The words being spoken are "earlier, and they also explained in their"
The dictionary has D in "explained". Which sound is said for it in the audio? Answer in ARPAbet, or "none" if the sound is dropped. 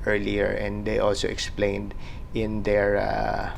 D